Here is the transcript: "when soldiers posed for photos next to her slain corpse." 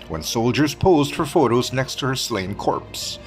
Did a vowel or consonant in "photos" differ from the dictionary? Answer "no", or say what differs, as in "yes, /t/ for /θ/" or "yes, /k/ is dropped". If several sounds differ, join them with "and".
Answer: no